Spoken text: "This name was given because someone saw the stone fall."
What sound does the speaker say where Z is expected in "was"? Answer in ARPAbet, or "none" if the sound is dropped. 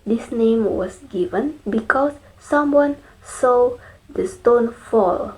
S